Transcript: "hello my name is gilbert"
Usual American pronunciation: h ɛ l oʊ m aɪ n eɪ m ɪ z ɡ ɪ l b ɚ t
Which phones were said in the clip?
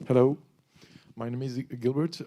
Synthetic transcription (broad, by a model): h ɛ l oʊ m aɪ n eɪ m ɪ z ɡ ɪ l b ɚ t